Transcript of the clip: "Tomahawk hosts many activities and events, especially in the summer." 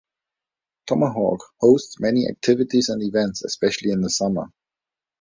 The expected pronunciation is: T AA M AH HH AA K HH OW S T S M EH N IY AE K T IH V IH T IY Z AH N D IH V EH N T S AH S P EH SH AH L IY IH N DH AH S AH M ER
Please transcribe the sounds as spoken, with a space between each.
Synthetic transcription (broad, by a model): T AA M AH HH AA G HH OW S T S M EH N IY AE K T IH V IH T IY Z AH N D IH V EH N T S AH S P EH SH AH L IY IH N DH AH S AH M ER